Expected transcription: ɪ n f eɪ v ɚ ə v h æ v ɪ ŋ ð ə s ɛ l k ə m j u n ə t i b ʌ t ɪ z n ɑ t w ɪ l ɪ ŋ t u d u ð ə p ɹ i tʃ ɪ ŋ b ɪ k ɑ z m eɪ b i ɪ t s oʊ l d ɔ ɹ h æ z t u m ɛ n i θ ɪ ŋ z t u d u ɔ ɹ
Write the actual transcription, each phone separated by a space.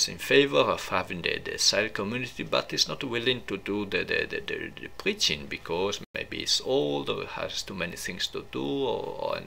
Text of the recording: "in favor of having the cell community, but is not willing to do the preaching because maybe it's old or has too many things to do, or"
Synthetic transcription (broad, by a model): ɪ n f eɪ v ɚ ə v h æ v ɪ ŋ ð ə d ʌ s k ə m j u n ə t i b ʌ t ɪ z n ɑ t w ɪ l ɪ ŋ t u d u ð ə p ɹ i tʃ ɪ ŋ b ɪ k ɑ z m eɪ b i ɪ t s oʊ l d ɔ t h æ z t u m ɛ n i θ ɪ ŋ s t u d u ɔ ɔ